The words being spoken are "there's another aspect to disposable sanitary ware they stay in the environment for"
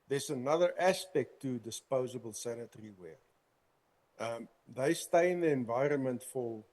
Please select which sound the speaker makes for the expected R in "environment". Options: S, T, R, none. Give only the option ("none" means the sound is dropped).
R